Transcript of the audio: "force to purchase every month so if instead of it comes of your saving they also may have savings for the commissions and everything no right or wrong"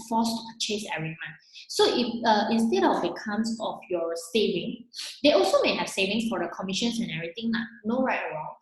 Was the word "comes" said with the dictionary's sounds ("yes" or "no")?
no